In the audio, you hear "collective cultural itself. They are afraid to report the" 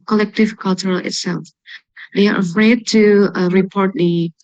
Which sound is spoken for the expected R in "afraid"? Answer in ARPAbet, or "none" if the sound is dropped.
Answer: R